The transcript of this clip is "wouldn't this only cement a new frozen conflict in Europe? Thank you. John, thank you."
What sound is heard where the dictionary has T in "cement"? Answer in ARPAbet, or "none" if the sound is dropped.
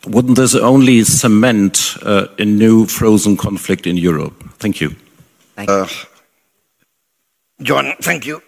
T